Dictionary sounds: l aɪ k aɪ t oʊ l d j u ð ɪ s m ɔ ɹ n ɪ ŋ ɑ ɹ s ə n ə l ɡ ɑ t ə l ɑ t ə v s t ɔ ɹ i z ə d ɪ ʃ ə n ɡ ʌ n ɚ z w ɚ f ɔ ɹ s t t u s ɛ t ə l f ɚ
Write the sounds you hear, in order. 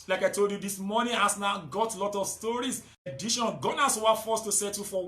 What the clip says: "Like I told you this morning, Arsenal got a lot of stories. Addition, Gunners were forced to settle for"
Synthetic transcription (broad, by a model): l aɪ k aɪ t oʊ l d j u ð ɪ s m ɔ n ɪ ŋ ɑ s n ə ə ɡ ɑ t l ɑ t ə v s t ɔ ɹ i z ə d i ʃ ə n ɡ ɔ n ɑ s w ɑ f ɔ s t t u s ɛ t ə f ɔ